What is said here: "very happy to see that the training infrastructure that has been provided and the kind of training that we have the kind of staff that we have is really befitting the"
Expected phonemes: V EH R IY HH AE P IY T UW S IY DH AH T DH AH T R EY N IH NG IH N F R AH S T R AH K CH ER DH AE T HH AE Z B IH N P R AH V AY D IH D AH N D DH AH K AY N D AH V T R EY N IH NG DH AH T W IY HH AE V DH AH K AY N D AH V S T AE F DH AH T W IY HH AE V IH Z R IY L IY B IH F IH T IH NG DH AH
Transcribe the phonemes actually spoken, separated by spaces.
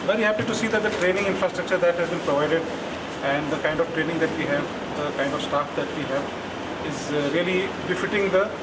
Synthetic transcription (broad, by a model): V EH R IY HH AE P IY T UW S IY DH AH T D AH T R EY N IH NG IH N F R AH S T R AH K CH ER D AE T HH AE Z B IH N P R AH V AY D IH D AH N D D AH K AY N D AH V T R EY N IH NG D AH T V IY HH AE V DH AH K AY N D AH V S T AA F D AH T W IY HH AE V IH Z R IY L IY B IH F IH T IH NG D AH